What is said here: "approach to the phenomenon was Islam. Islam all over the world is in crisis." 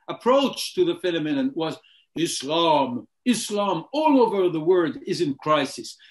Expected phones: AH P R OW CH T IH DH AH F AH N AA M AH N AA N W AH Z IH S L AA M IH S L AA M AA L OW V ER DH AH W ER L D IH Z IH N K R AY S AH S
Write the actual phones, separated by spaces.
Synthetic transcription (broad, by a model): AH P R OW CH T IH DH AH F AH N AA M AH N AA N W AH Z IH S L AA M IH S L AA M AA L OW V ER DH AH W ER D IH Z IH N K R AY S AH S